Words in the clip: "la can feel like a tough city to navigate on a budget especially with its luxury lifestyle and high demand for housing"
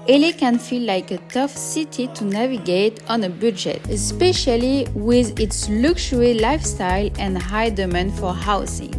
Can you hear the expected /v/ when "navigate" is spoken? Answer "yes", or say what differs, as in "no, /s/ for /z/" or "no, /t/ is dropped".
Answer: yes